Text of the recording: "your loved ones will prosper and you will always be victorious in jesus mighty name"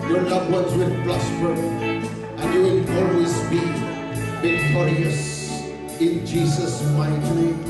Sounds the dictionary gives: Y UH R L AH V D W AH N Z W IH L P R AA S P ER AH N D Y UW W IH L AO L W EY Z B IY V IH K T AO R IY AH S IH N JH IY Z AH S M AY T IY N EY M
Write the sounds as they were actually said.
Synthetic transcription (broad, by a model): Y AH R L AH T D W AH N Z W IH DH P L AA S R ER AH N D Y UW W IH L AO L W EY Z B IY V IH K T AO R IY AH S IH N JH IY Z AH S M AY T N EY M